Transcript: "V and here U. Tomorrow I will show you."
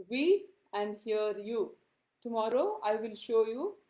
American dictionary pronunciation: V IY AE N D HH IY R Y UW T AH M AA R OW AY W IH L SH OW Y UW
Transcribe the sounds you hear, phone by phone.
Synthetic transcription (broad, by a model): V IY AE N D HH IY R Y UW T AH M AA R OW AY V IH L SH OW Y UW